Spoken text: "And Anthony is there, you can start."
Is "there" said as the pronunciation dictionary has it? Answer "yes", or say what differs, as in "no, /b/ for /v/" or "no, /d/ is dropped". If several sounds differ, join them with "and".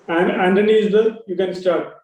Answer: no, /l/ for /ɹ/